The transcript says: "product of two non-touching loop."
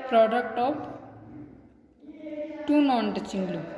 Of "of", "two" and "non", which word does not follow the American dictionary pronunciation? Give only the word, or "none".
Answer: of